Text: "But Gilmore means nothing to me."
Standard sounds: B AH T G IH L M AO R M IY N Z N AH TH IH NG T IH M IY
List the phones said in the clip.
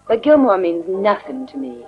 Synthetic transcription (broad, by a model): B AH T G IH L M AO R M IY N Z N AH TH IH NG T IH M IY